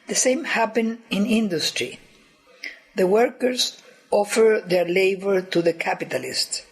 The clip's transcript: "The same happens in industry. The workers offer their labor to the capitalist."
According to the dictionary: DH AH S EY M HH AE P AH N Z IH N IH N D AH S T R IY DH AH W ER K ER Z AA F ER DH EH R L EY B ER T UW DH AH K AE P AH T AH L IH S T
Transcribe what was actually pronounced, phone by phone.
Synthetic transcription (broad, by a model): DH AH S EY M HH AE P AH N IH N IH N D AH S T R IY DH AH W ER K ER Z AA F ER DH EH R L EY B ER T UW DH AH K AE P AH T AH L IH S T